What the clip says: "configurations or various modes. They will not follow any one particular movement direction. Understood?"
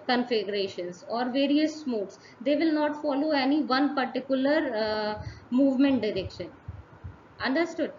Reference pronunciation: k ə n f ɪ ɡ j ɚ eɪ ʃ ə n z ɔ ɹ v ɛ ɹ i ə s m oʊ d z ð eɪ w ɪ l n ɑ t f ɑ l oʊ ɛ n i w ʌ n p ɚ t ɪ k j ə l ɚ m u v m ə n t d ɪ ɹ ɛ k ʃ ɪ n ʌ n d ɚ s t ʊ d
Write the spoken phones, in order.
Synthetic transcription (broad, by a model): k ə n f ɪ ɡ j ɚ eɪ ʃ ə n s ɔ ɹ v ɛ ɹ i ə s m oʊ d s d eɪ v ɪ l n ɑ t f ɑ l oʊ ɛ n i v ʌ n p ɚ t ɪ k j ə l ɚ m u v m ə n t d ɪ ɹ ɛ k ʃ ɪ n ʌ n d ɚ s t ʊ d